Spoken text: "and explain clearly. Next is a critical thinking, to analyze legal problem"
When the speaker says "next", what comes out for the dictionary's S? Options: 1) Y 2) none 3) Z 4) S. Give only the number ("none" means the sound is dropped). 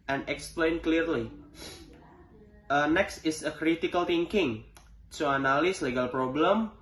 4